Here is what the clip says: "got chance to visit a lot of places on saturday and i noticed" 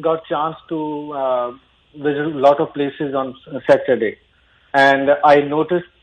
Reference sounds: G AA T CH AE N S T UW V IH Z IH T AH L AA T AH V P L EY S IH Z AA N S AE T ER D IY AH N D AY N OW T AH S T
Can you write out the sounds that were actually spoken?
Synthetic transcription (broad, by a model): G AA T CH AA N S T UW V IH Z IH T L AA T AH V P L EY S IH Z AA N S AE T ER D IY AH N D AY N OW T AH S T